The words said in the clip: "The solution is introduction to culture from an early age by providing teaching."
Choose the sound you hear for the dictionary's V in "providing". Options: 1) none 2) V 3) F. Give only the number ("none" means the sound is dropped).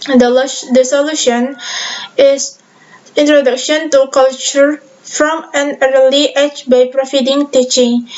3